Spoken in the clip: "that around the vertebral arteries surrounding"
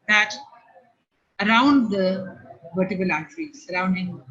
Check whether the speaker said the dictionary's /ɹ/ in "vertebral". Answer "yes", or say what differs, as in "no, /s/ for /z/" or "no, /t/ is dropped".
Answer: no, /ɹ/ is dropped